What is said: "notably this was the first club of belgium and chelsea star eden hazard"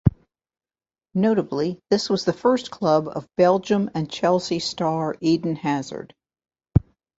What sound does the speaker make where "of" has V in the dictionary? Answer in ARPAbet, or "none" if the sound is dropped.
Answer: V